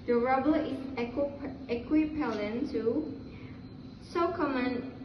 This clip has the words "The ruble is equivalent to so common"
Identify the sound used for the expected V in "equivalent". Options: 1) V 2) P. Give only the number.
2